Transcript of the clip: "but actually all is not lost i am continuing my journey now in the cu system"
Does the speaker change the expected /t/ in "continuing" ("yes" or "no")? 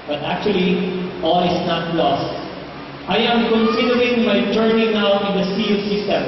yes